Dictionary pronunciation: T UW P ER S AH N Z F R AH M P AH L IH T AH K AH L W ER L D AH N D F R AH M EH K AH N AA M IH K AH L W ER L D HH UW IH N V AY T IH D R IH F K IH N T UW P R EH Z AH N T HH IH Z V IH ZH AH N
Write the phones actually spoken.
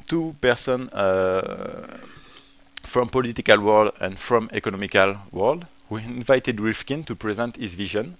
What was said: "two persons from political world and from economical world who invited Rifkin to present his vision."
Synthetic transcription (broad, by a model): T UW P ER S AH N F R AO M P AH L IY T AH K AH L W ER L D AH N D F R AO M EH K AH N AA M IH K AH L W ER L D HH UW IH N V AY T IH D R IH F K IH N T UW P R EH Z AH N T HH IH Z V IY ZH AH N